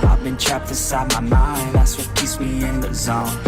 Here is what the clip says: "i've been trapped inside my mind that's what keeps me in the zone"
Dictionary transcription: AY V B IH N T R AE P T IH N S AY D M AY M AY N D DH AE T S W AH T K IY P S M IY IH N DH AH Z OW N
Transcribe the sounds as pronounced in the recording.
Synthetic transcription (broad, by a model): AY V B IH N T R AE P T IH S AY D M AY M AY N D DH AE T S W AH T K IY S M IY IH N DH AH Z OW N